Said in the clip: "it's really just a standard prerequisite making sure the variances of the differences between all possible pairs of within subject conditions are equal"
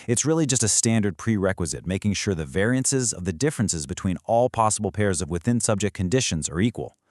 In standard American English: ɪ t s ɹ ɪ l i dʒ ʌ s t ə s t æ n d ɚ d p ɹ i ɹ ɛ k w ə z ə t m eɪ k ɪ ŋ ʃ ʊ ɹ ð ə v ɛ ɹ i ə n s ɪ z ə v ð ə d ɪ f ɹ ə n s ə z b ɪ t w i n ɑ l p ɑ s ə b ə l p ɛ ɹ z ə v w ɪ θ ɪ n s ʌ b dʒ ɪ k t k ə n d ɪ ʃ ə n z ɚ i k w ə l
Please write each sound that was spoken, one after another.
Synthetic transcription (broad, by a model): ɪ t s ɹ ɪ l i dʒ ʌ s t ə s t æ n d ɚ d p ɹ i ɹ ɛ k w ə z ə t m eɪ k ɪ ŋ ʃ ʊ ɹ ð ə v ɛ ɹ i ə n s ɪ z ə v ð ə d ɪ f ɹ ə n s ə z b ɪ t w i n ɑ l p ɑ s ə b l p ɛ ɹ z ə v w ɪ θ ɪ n s ʌ b dʒ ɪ k k ə n d ɪ ʃ ə n z ɚ i k w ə l